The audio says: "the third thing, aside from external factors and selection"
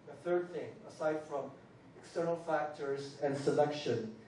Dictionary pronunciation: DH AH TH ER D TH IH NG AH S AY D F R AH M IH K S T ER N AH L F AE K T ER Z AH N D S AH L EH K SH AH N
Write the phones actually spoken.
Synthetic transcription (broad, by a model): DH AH TH ER D TH IH NG AH S AY D F R AH M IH K S T ER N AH L F AE K T ER Z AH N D S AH L EH K SH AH N